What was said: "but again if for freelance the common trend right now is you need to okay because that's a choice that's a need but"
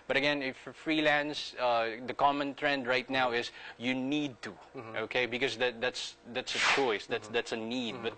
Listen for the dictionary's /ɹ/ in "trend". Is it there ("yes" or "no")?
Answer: yes